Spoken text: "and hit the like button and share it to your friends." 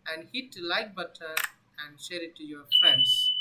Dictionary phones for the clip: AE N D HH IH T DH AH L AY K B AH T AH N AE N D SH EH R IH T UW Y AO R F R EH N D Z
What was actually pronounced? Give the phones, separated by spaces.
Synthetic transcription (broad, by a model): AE N D HH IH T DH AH L AY K B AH T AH AE N D SH EH R IH T UW Y AO R F R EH N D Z